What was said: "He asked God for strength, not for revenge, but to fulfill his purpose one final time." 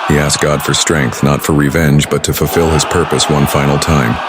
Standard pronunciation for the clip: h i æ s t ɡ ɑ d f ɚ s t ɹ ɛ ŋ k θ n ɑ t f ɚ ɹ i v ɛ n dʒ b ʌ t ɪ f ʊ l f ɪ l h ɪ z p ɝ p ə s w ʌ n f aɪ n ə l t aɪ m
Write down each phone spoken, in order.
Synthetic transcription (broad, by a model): h i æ s ɡ ɑ d f ɚ s t ɹ ɛ ŋ k θ n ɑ t f ɚ ɹ i v ɛ n dʒ b ʌ t ɪ f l f ɪ l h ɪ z p ɝ p ə s w ʌ n f aɪ n l t aɪ m